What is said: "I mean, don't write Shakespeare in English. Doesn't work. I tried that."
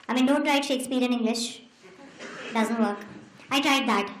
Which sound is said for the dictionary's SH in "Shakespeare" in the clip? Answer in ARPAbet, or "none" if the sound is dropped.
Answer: SH